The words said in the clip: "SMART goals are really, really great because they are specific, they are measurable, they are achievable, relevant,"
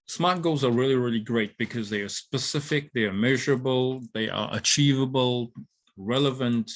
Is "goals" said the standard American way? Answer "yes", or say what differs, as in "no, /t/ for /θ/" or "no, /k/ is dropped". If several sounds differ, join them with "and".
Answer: yes